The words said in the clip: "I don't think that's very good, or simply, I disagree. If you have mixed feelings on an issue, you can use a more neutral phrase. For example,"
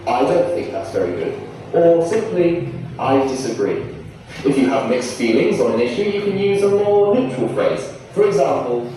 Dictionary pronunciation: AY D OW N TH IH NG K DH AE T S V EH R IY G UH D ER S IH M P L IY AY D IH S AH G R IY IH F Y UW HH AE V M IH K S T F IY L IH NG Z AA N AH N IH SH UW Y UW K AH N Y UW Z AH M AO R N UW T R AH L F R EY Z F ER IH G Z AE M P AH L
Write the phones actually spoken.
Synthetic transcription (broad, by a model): AY D OW N TH IH NG K DH AE T S V EH R IY G UH D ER S IH M P L IY AY D IH S AH G R IY IH F Y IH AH V M IH K S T F IY L IH NG Z N AH N IH SH UW Y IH K AH N Y UW Z AH M AO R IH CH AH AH L F R EY Z F ER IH G Z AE M P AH L